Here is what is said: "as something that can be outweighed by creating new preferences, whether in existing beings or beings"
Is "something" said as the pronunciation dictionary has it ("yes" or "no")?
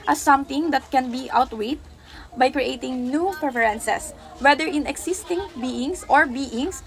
no